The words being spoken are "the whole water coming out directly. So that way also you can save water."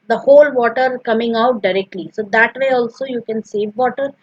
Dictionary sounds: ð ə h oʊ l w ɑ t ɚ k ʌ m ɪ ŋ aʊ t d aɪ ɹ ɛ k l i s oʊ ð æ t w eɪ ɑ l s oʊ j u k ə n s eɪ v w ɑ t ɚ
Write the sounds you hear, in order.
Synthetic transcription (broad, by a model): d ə h oʊ l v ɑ t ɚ k ʌ m ɪ ŋ aʊ t d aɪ ɹ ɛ k l i s oʊ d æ t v eɪ ɑ l s oʊ j u k ə n s eɪ v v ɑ t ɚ